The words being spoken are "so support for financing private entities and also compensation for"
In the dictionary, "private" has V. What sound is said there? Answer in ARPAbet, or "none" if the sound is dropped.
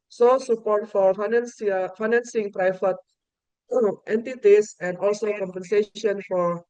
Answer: F